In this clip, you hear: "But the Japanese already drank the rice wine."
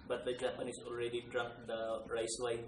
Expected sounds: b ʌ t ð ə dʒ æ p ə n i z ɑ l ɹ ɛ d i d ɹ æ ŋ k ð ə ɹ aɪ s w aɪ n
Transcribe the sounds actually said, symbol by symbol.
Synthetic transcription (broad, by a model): b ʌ t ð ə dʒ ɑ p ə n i s ɑ l ɹ ɛ d i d ɹ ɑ k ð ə ɹ aɪ s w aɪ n